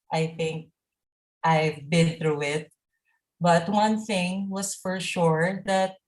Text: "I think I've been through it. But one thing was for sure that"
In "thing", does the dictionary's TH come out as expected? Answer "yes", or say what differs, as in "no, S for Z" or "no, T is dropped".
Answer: yes